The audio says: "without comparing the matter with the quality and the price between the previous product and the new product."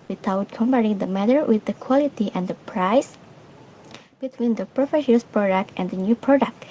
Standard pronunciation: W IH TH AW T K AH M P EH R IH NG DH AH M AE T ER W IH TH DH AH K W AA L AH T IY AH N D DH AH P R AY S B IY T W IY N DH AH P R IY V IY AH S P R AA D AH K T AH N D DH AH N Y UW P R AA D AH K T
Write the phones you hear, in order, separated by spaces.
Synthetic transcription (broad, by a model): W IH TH AW T K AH M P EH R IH NG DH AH M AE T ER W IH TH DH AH K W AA L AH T IY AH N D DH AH P R AY S B IY T W IY N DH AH P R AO F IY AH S P R AA D AH K T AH N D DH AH N Y UW P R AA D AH K T